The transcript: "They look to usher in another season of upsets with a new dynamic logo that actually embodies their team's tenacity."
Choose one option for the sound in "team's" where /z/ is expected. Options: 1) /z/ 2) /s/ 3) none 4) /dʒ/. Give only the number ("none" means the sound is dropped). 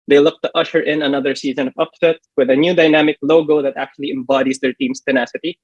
2